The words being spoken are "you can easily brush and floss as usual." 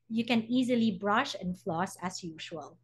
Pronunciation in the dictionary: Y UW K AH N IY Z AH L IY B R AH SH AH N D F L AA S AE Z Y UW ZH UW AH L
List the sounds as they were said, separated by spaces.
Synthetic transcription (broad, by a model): Y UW K AH N IY Z AH L IY B R AH SH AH N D F L AA S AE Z Y UW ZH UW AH L